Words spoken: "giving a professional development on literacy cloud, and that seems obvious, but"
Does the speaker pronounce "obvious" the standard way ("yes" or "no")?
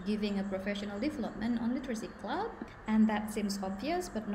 yes